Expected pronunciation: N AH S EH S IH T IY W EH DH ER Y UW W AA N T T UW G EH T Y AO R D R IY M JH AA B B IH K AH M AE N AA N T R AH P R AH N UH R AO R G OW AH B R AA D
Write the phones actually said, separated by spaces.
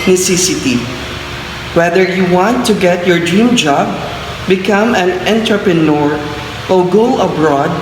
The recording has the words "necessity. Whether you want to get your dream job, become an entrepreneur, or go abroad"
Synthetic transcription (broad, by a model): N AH S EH S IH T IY W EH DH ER Y UW W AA N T T UW G EH T Y AO R D R IY M JH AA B B IH K AH M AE N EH N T R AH P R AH N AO R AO L G OW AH B R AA D